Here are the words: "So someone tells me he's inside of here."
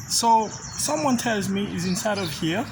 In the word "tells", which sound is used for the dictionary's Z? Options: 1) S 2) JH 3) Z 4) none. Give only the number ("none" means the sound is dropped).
3